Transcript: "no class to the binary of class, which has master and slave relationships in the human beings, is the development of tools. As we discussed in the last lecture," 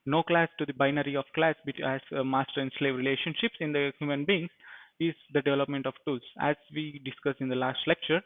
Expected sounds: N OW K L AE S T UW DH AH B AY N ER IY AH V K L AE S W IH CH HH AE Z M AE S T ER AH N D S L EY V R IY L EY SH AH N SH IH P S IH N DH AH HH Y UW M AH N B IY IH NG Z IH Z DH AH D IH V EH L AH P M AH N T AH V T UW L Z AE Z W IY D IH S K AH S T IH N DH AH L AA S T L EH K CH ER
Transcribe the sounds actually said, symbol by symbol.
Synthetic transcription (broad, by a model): N OW K L AE S T UW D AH B AY N ER IY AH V K L AE S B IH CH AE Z M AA S T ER AH N D S L EY V R IY L EY SH AH N SH IH P S IH N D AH HH Y UW M AH N B IY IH NG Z IH Z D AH D IH V EH L AH P M AH N T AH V T UW L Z AE Z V IY D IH S K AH S IH N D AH L AA S T L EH K CH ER